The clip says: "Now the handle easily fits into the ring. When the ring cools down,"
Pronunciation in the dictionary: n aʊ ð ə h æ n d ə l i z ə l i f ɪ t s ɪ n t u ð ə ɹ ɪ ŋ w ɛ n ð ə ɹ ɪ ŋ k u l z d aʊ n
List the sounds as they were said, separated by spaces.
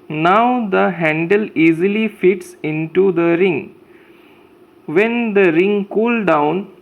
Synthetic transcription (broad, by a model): n aʊ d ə h æ n d ə l i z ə l i f ɪ t s ɪ n t u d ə ɹ ɪ ŋ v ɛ n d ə ɹ ɪ ŋ k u l d aʊ n